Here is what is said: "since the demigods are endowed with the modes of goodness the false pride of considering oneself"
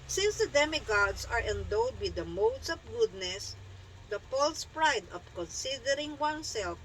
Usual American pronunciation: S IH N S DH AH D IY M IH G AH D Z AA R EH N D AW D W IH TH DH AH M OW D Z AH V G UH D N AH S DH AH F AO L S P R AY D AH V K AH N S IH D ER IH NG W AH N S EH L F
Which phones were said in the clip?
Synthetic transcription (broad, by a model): S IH N S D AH D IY M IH G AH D S AA R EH N D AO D W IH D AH M OW D S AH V G UH D N AH S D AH P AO L S P R AY D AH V K AH N S IH D ER IH NG W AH N S EH L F